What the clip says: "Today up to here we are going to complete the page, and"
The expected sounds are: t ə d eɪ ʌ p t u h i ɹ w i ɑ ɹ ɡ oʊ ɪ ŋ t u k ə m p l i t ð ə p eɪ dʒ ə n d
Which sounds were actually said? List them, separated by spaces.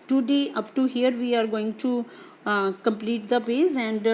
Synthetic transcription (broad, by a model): t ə d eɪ ʌ p t u h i ɹ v i ɑ ɹ ɡ oʊ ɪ ŋ t u k ə m p l i t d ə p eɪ z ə n d